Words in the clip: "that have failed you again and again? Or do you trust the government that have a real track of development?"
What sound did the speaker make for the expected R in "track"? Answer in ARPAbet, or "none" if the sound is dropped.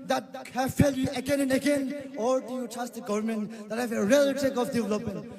none